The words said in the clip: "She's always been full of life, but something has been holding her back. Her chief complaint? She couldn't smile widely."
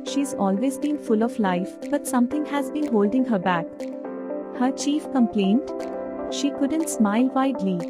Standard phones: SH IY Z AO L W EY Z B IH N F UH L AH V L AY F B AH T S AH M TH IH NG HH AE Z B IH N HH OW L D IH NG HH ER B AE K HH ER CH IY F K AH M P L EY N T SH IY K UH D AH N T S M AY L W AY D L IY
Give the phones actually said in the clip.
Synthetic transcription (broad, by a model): SH IY Z AO L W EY Z B IH N F UH L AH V L AY F B AH T S AH M T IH NG HH AE Z B IH N HH OW L D IH NG HH ER B AE K HH ER CH IY F K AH M P L EY N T SH IY K UH D AH N T S M AY L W AY D L IY